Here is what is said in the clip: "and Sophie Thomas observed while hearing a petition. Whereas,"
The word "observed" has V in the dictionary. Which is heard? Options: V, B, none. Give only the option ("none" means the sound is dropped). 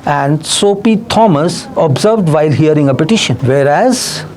V